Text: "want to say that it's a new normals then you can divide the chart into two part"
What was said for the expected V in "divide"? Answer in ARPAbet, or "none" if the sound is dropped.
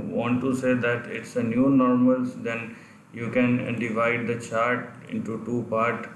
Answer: V